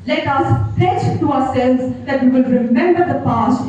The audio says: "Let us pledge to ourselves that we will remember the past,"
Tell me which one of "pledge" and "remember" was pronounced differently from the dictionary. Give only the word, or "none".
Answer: pledge